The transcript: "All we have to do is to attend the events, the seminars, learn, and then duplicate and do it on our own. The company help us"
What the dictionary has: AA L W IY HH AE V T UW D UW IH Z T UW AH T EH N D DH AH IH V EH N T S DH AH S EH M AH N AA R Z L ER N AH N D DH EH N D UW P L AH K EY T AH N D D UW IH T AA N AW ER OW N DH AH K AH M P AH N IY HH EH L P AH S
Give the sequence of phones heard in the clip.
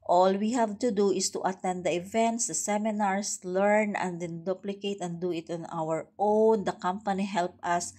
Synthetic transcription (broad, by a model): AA L W IY HH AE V T UW D UW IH S T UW AH T EH N D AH IH V EH N T S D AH S EH M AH N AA R S L ER N AH N D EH N D UW P L AH K EY T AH N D D UW IH T AA N AW ER OW N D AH K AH M P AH N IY HH EH L P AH S